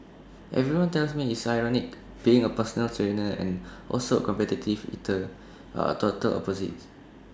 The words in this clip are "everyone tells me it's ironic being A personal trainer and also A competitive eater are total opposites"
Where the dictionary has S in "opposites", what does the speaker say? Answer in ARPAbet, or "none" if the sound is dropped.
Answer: none